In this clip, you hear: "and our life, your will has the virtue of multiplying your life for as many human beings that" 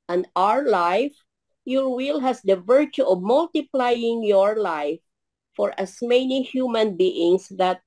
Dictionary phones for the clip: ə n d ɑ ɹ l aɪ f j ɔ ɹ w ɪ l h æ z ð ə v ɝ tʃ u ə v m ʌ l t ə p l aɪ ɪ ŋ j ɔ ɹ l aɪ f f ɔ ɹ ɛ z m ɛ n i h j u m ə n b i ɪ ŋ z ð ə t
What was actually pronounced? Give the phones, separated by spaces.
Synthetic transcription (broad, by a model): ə n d ɑ ɹ l aɪ f j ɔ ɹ w ɪ l h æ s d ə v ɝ tʃ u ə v m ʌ l t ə p l aɪ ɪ ŋ j ɔ ɹ l aɪ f f ɔ ɹ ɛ s m ɛ n i h j u m ə n b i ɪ ŋ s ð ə t